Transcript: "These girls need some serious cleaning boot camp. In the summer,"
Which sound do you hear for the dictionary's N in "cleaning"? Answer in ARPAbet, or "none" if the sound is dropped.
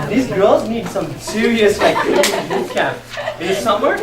none